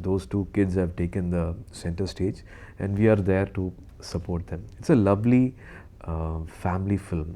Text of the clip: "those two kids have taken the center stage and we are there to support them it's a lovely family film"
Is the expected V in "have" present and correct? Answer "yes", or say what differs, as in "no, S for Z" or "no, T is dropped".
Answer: yes